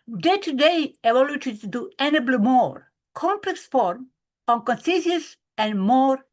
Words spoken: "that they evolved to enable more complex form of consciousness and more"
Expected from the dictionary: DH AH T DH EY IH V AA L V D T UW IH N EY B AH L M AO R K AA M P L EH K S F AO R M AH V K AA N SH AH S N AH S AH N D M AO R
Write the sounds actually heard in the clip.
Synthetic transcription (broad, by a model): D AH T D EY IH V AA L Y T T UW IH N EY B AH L M AO R K AA M P L EH K S F AO R M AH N K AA N S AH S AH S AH N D M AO R